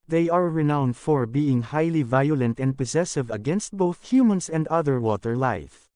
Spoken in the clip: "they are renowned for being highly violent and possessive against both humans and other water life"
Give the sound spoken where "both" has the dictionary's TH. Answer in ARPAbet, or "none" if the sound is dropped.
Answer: TH